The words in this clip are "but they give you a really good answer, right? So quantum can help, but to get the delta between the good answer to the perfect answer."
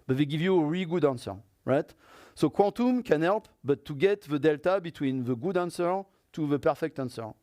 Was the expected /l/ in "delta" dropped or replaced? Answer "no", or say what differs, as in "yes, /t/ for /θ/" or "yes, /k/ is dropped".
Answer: no